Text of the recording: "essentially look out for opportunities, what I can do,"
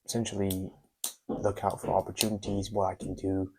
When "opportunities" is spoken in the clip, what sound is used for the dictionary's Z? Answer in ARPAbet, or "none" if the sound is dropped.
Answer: Z